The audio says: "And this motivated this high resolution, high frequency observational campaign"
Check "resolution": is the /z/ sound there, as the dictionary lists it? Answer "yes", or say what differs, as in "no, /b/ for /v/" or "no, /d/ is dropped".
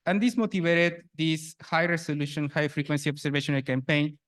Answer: no, /s/ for /z/